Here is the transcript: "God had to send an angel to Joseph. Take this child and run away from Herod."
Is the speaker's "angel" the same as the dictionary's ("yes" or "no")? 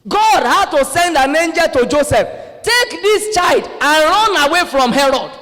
yes